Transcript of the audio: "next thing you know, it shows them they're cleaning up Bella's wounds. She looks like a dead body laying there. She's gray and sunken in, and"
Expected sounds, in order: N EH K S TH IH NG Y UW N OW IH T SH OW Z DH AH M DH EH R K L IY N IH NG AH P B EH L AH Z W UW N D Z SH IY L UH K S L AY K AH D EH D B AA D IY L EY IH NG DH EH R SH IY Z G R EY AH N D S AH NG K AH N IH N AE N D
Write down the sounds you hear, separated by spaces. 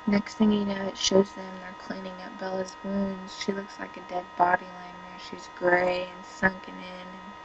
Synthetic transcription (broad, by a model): N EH K S TH IH NG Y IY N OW IH T SH OW Z DH AH M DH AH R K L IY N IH NG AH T B EH L AH Z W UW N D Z SH IY L UH K S L AY K AH D EH D B AA D IY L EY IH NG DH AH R SH IY Z G R EY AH N S AH NG K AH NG IH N N